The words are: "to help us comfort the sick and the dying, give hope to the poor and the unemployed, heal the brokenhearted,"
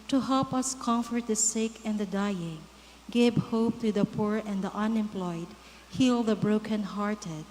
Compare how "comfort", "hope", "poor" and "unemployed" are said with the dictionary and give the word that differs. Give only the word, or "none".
none